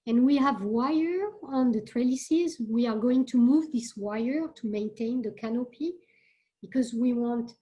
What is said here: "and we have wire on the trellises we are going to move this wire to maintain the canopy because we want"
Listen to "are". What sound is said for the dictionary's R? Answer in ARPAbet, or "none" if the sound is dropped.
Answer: R